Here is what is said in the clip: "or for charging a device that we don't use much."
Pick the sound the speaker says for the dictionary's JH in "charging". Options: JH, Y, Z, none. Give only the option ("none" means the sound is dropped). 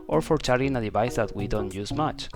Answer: none